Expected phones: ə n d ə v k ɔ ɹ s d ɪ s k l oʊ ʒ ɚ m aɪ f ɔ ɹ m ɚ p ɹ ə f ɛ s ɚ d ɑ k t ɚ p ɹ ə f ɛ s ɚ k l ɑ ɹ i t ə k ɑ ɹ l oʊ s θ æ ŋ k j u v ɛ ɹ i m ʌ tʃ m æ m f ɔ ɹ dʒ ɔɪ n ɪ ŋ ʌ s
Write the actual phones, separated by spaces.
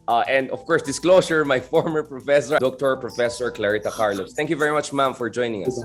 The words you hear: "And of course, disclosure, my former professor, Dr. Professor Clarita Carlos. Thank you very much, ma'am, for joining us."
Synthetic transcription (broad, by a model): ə n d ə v k ɔ ɹ s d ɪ s k l oʊ s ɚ m aɪ f ɔ ɹ m ɚ p ɹ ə f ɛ s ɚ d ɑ k t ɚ p ɹ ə f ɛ s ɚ k l ɑ ɹ i t ə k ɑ ɹ l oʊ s t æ ŋ k j u v ɛ ɹ i m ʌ tʃ m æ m f ɔ ɹ dʒ ɔɪ n ɪ ŋ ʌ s